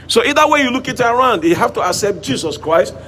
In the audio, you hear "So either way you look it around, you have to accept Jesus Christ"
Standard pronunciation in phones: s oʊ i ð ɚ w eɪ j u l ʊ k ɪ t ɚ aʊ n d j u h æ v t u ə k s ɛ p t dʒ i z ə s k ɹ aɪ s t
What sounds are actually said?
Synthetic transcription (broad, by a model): s oʊ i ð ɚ w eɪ j u l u k ɪ t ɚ aʊ n d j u h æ f t u ə k s ɛ p t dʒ i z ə s k ɹ aɪ s t